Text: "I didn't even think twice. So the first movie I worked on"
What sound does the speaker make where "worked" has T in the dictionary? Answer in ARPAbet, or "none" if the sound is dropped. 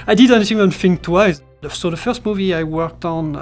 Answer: T